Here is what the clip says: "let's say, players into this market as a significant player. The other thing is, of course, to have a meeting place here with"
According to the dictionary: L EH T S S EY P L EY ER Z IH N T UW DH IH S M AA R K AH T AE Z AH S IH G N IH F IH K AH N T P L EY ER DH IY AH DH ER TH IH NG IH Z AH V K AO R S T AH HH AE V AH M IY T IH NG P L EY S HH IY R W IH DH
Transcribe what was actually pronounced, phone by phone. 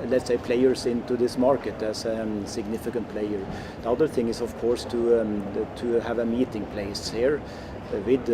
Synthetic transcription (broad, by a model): L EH T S S EY P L EY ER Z IH N T UW DH IH S M AA R K AH T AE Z AH S IH G N IH F IH K AH N T P L EY ER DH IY AH DH ER TH IH NG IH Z AH V K AO R S T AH HH AE V AH M IY T IH NG P L EY S HH IY R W IH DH